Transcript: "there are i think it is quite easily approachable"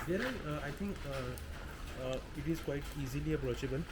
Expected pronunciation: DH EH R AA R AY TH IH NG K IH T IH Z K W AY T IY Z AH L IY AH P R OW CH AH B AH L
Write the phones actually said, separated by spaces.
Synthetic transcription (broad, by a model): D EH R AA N AY T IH NG K IH T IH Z K W AY T IY Z AH L IY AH P R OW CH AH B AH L